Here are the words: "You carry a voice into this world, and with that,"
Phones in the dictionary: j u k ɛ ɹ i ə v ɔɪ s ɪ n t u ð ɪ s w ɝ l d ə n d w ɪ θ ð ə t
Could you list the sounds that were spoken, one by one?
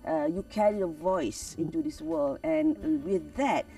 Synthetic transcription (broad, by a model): j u k ɛ ɹ i ə v ɔɪ s ɪ n t u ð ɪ s w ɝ l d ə n w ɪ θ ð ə t